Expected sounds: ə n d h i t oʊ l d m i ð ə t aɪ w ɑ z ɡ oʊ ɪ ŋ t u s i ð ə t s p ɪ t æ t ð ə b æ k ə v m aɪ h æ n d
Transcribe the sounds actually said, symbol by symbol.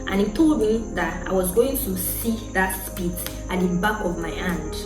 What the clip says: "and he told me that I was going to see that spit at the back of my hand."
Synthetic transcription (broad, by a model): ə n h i t oʊ l d m i ð ə t aɪ w ɑ z ɡ oʊ ɪ ŋ t u s i ð ə t s p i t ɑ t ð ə b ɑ k ə v m aɪ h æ n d